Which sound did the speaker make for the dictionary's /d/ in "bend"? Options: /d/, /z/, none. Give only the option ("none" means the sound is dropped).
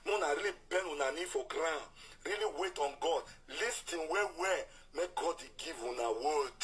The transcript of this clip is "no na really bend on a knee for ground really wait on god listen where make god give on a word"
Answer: none